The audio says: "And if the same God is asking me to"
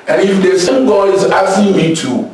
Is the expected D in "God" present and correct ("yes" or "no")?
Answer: no